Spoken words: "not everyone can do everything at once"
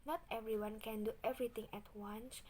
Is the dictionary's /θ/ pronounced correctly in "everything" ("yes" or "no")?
no